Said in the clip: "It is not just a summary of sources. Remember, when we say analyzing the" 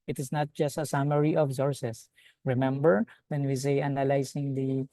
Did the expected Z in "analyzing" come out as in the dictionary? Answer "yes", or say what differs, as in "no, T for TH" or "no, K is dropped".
no, S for Z